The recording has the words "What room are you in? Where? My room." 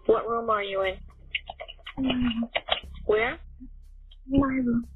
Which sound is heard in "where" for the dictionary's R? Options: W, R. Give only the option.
R